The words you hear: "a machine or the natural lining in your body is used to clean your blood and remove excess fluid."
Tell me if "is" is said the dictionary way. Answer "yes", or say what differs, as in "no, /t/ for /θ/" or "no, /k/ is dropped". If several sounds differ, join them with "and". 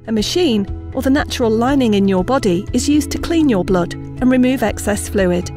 yes